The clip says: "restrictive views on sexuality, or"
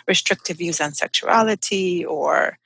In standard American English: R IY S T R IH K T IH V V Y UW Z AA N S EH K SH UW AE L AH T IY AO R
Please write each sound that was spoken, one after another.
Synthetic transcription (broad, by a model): R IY S T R IH K T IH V V Y UW Z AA N S EH K SH UW AE L AH T IY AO R